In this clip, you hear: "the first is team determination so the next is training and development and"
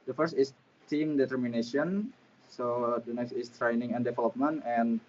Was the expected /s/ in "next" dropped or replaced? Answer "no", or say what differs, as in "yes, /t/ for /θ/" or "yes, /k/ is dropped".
no